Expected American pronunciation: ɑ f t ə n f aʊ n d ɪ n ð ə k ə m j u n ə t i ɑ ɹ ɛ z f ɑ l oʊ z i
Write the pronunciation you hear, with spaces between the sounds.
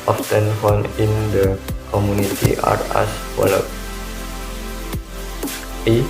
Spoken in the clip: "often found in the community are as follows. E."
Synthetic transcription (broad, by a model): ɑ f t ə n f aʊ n ɪ n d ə k ə m j u n ə t i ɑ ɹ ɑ s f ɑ l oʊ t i